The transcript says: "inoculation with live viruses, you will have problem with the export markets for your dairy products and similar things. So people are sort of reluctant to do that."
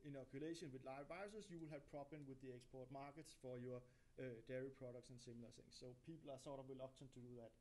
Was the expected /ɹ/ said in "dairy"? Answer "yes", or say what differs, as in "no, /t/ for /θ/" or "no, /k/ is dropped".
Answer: yes